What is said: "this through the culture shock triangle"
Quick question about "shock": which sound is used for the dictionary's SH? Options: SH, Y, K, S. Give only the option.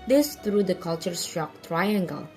S